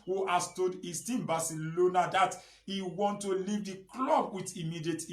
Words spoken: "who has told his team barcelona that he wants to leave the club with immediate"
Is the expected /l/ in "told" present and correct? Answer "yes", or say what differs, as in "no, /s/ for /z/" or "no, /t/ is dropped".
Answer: no, /l/ is dropped